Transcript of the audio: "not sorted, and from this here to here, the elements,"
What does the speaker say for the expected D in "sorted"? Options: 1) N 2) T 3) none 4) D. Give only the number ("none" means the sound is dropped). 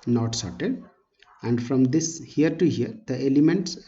4